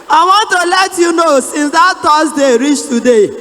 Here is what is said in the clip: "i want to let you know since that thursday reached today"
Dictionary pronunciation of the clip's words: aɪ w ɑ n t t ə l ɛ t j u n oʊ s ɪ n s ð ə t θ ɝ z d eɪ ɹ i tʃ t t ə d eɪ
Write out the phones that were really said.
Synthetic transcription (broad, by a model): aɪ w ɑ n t t ə l ɛ t j u n oʊ s ɪ n s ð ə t t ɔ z d eɪ ɹ i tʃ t t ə d eɪ